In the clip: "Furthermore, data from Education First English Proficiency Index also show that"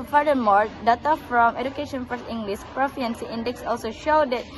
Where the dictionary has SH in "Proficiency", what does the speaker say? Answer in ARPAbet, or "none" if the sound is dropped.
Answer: none